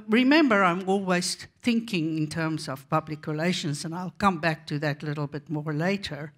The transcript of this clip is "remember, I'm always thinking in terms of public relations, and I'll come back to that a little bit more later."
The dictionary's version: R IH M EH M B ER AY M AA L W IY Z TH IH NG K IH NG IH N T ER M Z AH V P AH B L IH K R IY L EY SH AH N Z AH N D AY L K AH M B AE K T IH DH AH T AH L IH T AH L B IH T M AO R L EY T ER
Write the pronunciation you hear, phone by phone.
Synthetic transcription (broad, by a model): R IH M EH M B ER AY M AA L W IY Z TH IH NG K IH NG IH N T ER M Z AH V P AH B L IH K R IY L EY SH AH N Z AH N AY L K AH M B AE K T IH DH AH T L IH T L B IH T M AO R L EY T ER